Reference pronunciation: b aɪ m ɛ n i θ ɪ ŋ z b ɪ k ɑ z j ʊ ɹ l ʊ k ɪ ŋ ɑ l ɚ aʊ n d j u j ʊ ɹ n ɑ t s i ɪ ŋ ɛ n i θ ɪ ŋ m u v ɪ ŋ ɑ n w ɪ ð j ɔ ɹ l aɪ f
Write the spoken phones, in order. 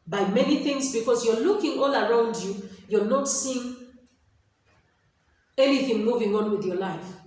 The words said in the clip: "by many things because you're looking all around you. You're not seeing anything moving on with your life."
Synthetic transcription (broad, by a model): b aɪ m ɛ n i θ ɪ ŋ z b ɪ k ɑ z j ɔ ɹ l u k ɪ ŋ ɑ l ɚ aʊ n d j u j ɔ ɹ n ɑ t s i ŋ ɛ n i θ ɪ ŋ m u v ɪ ŋ ɑ n w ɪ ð j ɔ l aɪ f